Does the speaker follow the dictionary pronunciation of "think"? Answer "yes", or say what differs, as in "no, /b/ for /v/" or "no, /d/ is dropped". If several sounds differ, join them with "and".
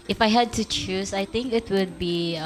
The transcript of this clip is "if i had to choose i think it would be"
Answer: no, /t/ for /θ/